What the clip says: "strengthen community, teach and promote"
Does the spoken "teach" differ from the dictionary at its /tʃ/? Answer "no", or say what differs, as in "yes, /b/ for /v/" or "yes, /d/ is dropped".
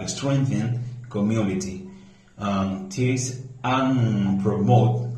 yes, /s/ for /tʃ/